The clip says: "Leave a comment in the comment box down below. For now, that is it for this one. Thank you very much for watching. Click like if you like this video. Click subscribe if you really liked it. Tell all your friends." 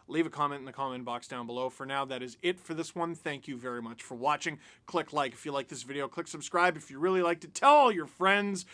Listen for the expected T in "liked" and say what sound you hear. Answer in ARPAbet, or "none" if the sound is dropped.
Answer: T